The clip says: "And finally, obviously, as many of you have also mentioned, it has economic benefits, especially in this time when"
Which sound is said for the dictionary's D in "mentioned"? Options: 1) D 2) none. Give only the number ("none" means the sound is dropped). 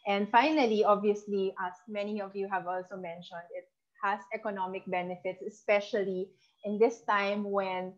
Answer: 1